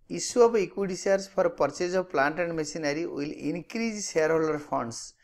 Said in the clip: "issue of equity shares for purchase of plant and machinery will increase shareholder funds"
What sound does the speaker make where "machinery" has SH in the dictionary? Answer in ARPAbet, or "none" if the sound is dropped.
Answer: S